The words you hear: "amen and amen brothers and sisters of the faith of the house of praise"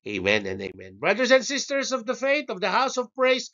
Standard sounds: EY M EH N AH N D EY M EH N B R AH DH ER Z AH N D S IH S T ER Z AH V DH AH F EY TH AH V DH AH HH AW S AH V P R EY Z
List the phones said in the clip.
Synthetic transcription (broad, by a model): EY M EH N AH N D EY M EH N B R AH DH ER S AH N D S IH S T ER S AH V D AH F EY T AH V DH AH HH AW S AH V P R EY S